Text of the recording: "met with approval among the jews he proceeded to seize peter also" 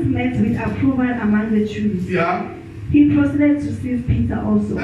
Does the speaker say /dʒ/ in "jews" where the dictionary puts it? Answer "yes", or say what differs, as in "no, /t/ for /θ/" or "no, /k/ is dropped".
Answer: no, /tʃ/ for /dʒ/